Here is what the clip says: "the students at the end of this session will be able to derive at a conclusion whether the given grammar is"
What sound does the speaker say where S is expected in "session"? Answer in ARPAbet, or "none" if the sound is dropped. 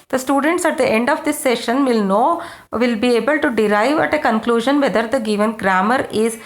SH